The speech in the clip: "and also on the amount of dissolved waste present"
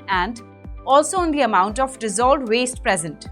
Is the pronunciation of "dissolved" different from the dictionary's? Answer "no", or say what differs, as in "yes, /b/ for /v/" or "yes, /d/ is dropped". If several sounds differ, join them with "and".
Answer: yes, /v/ is dropped